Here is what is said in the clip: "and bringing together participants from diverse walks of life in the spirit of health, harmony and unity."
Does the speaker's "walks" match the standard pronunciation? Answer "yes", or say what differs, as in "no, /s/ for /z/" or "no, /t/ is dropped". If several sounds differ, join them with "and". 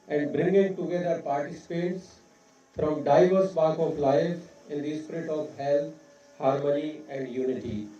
no, /s/ is dropped